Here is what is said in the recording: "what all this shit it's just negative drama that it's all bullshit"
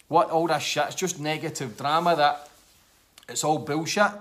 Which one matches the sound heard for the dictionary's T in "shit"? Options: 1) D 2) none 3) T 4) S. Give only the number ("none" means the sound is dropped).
2